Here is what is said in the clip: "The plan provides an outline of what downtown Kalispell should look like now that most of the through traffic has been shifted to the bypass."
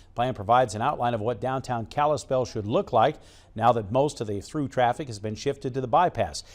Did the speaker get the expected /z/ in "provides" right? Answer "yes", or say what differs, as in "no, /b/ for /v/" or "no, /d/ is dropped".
yes